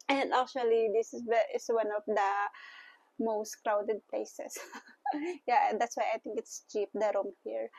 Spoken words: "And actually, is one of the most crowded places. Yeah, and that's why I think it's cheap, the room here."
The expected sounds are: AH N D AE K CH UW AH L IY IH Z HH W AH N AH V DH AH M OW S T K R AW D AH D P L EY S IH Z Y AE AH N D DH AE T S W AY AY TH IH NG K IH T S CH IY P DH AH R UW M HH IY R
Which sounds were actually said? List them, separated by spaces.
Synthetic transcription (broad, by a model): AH N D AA K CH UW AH L IY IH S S W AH N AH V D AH M OW S T K R AW D AH D P L EY S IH S Y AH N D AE T S W AY AY T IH NG K IH T S CH IY P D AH R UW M HH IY R